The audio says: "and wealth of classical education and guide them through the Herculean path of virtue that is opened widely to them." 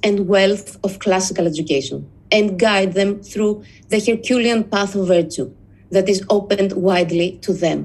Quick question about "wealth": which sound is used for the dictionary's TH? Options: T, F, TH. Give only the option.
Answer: TH